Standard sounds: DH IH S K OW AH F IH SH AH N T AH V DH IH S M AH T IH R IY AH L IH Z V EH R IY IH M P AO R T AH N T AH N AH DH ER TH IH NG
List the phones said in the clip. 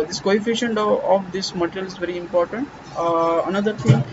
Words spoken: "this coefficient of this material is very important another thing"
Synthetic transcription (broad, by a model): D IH S K OW AH F IH SH AH N T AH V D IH S M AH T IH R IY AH L IH Z V EH R IY IH M P AO R T AH N T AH N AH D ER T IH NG